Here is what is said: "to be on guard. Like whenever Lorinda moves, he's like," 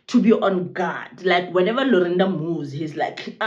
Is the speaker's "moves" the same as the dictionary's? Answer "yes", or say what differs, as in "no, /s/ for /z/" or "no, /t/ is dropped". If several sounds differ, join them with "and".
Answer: no, /v/ is dropped